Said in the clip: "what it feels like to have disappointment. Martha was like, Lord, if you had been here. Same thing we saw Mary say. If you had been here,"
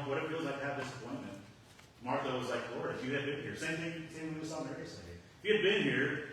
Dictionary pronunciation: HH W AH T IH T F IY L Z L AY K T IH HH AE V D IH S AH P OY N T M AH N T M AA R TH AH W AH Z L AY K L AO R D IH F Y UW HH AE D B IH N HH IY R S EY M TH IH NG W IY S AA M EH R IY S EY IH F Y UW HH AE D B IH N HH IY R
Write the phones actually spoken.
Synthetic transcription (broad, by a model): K W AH T IH T F IY L Z L AY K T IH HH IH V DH IH S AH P OY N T M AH N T M AA R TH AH W AH Z L AY K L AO R IH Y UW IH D B IH N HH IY R S EY M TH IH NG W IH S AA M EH R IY S EY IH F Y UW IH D B IH N HH IY R